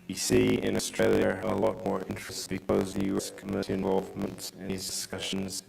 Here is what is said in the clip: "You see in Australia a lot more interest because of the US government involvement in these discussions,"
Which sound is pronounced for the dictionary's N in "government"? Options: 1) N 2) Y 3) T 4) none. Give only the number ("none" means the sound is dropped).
4